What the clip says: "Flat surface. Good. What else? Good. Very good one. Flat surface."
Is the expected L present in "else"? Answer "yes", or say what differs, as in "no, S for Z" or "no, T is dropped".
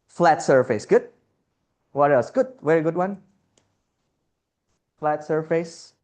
no, L is dropped